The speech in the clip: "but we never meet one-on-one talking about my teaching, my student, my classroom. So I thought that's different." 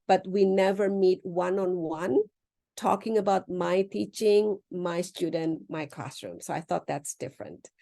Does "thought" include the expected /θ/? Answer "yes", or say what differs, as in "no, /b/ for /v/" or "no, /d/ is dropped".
yes